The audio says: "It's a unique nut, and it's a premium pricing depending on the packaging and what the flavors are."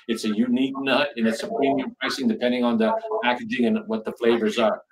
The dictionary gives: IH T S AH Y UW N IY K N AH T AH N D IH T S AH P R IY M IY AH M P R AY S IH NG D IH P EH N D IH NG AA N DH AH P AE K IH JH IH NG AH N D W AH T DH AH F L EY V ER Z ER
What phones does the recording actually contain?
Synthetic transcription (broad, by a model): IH T S AH Y UW N IY K N AH T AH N IH T S AH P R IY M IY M P R AY S IH NG D IH P EH N D IH NG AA N DH AH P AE K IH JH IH NG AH N W AH T DH AH F L EY V ER Z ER